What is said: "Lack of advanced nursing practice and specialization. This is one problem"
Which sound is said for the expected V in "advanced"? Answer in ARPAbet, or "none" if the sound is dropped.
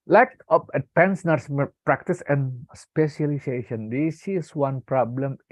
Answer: P